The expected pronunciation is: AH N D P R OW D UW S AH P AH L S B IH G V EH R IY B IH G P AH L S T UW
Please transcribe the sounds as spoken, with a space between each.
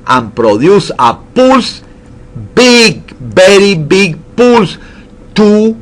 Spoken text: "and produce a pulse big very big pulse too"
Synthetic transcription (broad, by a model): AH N P R OW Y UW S AH P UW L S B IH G B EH R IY B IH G P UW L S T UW